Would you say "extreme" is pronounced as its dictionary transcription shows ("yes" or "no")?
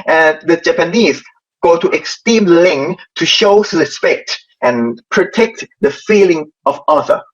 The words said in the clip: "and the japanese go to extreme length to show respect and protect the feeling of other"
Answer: no